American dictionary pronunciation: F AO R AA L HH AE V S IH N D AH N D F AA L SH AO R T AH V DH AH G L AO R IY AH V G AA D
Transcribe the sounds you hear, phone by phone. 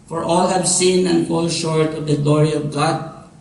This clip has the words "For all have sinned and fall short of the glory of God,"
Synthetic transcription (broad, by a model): F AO R AA L HH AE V S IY N AH N D F AA L SH AO R T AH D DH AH G L AO R IY AH V G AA D